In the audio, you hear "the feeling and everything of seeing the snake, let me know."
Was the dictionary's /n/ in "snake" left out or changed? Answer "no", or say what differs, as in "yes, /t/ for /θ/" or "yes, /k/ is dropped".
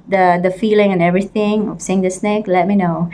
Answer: no